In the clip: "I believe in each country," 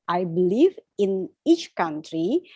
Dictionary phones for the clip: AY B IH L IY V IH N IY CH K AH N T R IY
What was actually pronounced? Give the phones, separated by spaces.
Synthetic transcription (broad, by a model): AY B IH L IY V IH N IY CH K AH N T R IY